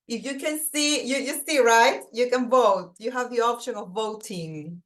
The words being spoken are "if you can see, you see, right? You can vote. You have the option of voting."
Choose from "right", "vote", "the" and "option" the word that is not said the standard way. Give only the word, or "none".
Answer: none